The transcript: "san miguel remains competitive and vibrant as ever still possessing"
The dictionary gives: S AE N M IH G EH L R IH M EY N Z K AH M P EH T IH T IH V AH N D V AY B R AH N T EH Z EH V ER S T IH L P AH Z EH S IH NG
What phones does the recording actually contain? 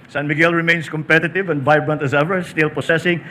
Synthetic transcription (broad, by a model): S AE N M IH G EH L R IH M EY N S K AH M P EH T IH T IH V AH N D V AY B R AH N T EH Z EH V ER S T IH L P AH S EH S IH NG